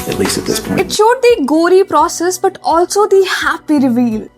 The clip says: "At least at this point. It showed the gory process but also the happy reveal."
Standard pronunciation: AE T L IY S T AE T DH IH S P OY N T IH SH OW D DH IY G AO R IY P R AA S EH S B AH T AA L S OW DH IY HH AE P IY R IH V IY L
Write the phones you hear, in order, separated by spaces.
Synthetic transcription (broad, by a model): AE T L IY S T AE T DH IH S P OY T SH OW D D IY G AO R IY P R AA S EH S B AH T AA L S OW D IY HH AE P IY R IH V IY L